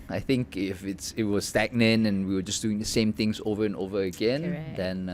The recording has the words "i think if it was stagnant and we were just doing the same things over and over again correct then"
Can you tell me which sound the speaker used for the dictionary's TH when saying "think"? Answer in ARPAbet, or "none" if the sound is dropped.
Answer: TH